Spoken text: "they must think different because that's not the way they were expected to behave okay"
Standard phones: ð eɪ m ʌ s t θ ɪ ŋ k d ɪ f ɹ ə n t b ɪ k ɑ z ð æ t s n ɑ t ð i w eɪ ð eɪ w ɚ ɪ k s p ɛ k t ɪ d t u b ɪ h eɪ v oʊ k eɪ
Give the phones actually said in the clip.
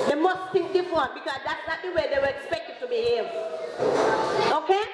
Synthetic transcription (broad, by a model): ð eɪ m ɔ s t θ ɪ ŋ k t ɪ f w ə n b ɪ k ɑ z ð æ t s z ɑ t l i w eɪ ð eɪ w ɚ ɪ k s p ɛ k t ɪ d t u b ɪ h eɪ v oʊ k eɪ